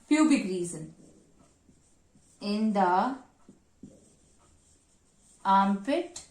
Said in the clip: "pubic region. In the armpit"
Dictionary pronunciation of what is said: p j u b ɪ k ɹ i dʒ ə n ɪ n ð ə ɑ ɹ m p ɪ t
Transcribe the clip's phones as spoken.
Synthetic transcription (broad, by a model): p j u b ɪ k ɹ i z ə n ɪ n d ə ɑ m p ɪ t